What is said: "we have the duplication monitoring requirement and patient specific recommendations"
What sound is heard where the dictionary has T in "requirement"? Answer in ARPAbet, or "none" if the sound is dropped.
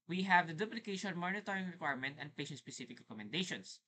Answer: T